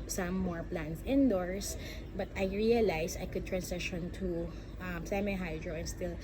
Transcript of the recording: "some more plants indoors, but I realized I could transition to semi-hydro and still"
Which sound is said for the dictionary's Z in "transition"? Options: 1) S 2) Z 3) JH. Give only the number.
1